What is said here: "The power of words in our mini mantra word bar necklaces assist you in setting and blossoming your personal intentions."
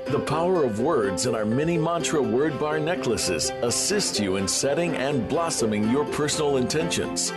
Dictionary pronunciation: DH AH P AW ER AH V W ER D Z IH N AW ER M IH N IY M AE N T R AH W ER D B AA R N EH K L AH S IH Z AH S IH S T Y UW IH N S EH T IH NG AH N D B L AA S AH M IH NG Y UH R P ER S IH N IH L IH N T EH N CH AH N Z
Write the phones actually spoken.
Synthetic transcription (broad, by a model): DH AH P AW ER AH V W ER D Z IH N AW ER M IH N IY M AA N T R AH W ER D B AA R N EH K L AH S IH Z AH S IH S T Y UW IH N S EH T IH NG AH N B L AA S AH M IH NG Y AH R P ER S N L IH N T EH N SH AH N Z